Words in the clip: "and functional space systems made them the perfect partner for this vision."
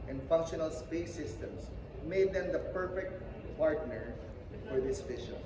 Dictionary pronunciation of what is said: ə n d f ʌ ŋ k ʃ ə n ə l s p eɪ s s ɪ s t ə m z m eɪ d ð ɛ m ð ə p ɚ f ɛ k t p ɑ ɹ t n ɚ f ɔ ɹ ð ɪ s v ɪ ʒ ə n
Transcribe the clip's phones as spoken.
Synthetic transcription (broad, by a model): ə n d f ʌ ŋ k ʃ ə n ə l s p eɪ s s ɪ s t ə m s m eɪ d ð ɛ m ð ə p ɚ f ɛ k t p ɑ ɹ t n ɚ f ɔ ɹ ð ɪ s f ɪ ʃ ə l